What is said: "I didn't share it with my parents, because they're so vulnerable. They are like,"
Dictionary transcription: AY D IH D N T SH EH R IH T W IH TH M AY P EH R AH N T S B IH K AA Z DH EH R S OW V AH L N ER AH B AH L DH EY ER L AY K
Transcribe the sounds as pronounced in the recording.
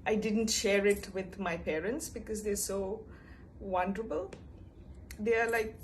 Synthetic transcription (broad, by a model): AY D IH D N T SH EH R IH T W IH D M AY P EH R AH N T S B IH K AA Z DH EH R S OW W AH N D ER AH B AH L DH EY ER L AY K